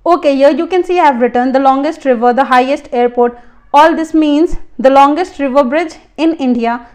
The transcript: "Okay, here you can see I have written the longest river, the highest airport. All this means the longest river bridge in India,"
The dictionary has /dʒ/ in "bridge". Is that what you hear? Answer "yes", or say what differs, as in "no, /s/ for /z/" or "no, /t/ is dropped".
yes